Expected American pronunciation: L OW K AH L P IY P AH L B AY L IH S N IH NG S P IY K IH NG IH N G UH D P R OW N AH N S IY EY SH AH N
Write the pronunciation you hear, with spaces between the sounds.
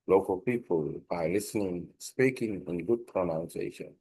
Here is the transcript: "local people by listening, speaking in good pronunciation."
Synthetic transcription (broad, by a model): L OW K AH L P IY P AH L B AY L IH S N IH NG S P IY K IH NG IH N G UH D P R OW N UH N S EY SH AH N